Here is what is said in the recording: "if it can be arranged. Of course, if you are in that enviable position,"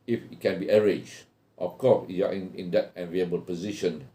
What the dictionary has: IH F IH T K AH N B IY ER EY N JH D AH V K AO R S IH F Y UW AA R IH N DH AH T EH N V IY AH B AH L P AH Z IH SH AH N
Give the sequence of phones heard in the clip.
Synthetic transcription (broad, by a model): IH F IH T K AH N B IY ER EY JH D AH F K AO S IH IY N IH N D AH T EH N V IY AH B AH L P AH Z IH SH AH N